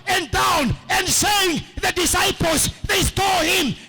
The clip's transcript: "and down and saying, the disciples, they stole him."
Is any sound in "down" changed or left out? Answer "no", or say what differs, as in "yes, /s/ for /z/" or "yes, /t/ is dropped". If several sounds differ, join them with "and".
no